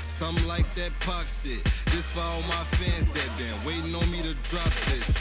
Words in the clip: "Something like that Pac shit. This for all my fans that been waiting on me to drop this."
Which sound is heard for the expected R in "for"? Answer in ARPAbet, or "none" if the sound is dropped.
L